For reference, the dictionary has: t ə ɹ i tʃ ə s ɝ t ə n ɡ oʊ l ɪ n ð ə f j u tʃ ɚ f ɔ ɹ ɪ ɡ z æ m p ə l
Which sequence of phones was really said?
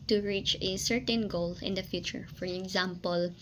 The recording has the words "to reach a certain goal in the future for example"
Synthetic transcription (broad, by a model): t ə ɹ i tʃ ə s ɝ t ə n ɡ oʊ l ɪ n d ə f j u tʃ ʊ f ɔ ɹ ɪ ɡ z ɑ m p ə l